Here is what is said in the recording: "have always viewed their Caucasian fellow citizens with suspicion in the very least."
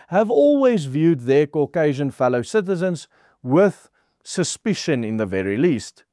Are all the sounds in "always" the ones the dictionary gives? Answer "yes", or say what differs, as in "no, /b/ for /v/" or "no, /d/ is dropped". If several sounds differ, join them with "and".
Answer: yes